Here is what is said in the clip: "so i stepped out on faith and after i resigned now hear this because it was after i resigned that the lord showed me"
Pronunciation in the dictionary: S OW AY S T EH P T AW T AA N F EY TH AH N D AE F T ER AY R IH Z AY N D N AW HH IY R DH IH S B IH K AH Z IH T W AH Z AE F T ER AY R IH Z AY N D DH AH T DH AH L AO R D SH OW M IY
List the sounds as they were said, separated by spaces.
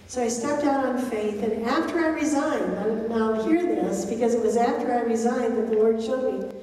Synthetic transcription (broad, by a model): S OW AY S T EH P T AW T N F EY TH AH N AE F T ER AY R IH Z AY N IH N AW HH IY R DH IH S B IH K AH Z IH T W AH Z AE F T ER AY R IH Z AY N DH AH T DH AH L AO R D SH OW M IY